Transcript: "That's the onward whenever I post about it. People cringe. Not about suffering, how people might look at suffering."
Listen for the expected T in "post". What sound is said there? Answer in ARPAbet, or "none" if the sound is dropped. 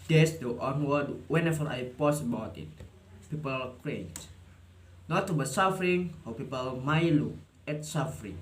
none